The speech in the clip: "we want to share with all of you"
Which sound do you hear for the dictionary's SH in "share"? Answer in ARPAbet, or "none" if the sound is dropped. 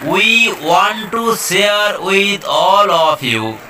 S